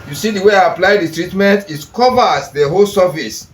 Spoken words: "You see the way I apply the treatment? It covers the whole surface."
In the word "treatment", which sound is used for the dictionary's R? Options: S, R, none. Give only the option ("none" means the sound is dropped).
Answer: R